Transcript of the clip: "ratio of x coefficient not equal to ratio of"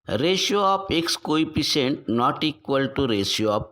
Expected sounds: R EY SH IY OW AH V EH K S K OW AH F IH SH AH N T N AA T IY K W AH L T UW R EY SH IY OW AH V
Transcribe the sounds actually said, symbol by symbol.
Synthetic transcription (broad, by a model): R EY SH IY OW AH P EH K S K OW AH P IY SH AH N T N AA T IY K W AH L T UW R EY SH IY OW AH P